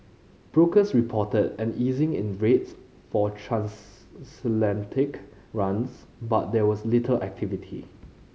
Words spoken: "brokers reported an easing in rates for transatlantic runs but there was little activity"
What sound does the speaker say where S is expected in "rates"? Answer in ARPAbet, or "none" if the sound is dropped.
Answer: S